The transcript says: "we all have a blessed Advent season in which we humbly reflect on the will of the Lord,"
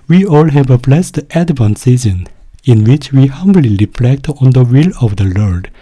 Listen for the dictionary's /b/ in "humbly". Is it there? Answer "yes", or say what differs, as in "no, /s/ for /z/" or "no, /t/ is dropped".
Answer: yes